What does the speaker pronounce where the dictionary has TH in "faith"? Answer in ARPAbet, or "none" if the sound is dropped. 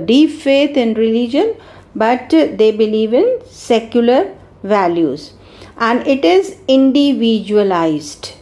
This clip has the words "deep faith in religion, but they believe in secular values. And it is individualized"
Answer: T